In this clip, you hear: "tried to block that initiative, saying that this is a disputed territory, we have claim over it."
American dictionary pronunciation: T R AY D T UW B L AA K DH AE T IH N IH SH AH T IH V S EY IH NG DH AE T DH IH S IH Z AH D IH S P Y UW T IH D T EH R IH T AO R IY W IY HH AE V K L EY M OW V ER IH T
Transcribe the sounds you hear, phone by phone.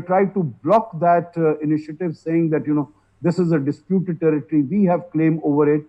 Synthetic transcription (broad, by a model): T R AY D T UW B L AA K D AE T IH N IH SH AH T IH V S EY IH NG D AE T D IH S IH Z AH D IH S P Y UW T IH D T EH R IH T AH R IY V IY HH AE V K L EY M OW V ER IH T